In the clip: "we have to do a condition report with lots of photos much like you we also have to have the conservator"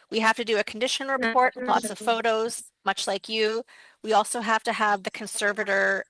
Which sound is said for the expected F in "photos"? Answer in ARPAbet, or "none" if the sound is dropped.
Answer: F